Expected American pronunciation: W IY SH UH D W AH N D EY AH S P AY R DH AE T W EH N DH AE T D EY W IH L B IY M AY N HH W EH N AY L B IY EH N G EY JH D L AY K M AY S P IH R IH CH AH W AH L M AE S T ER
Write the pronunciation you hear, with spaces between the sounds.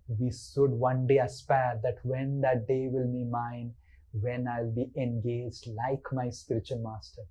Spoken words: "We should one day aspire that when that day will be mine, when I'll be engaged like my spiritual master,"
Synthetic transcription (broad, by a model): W IY S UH D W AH N D EY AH S P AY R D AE T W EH N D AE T D EY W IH L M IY M AY N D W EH N AY L B IY EH N G EY JH D L AY K M AY S P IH R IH CH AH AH L M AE S T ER